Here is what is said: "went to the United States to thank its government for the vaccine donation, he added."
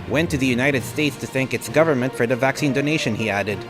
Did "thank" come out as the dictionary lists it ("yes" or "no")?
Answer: yes